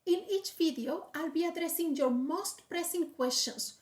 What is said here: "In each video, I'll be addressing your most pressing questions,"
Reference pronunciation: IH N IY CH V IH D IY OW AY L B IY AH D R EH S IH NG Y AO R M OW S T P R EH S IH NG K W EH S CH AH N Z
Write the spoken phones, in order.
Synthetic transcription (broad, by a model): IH N IY CH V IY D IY OW AY L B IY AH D R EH S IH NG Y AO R M OW S T P R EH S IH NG K W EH S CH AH N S